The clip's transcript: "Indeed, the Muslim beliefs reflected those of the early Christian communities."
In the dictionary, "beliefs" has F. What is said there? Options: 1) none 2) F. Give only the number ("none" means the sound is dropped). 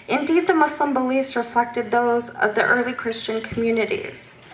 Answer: 1